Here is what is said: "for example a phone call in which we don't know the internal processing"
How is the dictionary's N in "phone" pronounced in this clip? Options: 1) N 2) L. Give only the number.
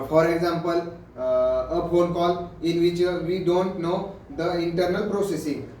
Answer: 2